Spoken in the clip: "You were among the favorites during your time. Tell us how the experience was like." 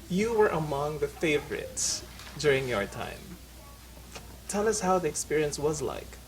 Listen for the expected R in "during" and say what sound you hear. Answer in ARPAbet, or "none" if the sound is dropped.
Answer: R